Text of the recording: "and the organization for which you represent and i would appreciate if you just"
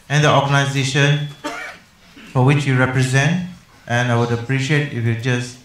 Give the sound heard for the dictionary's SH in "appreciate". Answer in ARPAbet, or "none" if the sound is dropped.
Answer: SH